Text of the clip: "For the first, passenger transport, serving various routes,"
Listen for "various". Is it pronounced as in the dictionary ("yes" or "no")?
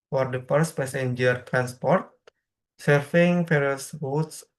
no